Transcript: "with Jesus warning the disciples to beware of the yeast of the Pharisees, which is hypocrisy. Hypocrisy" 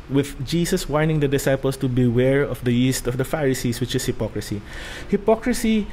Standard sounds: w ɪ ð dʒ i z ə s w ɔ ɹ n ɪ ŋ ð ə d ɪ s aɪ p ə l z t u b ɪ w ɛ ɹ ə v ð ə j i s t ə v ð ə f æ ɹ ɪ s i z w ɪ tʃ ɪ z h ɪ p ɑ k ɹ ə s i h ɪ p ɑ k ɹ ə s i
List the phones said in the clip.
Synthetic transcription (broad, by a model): w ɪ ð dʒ i s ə s w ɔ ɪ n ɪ ŋ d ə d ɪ s aɪ p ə l s t u b ɪ w ɛ ɹ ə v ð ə j i s t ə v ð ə f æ ɹ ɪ s i s w ɪ tʃ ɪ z h ɪ p ɑ k ɹ ə s i h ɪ p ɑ k ɹ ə s i